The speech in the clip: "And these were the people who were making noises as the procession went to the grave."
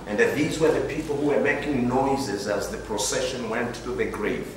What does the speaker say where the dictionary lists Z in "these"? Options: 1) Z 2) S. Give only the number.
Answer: 1